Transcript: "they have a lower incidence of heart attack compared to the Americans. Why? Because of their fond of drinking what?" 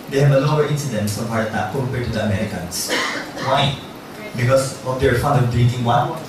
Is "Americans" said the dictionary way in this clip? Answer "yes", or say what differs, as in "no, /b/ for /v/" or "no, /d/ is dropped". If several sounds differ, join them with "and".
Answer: no, /s/ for /z/